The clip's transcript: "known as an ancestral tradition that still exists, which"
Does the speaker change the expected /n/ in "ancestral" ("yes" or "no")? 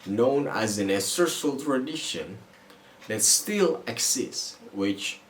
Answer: yes